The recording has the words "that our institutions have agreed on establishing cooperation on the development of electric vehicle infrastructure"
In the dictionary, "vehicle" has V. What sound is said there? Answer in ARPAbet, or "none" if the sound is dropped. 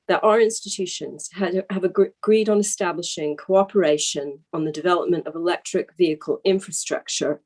V